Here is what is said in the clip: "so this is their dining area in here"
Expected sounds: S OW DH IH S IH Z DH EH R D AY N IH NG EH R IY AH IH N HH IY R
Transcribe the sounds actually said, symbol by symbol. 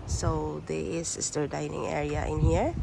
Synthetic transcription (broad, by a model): S OW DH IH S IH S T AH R D AY N IH NG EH R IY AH IH N HH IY R